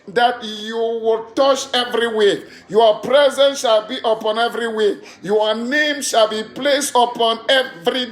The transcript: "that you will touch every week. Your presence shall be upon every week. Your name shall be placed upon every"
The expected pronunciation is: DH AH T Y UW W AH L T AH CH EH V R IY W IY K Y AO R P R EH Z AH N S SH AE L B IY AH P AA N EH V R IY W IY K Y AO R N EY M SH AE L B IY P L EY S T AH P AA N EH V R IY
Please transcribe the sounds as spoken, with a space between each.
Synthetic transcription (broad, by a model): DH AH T Y UW W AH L T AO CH EH V R IY W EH Y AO P R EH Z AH N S SH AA L B IY AH P AA N EH V R IY W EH Y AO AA N EY M SH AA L B IY P L EY S T AH P AA N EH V R IY